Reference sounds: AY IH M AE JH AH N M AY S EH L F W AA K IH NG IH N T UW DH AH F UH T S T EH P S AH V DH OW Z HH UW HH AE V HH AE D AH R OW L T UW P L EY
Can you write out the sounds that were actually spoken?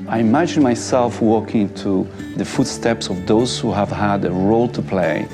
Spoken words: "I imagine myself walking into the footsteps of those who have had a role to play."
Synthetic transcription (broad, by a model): AY IH M AE JH AH N M AY S EH L F W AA K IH IH N T UW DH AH F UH T S T EH P S AH V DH OW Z HH UW HH AE V HH AE D AH R OW L T UW P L EY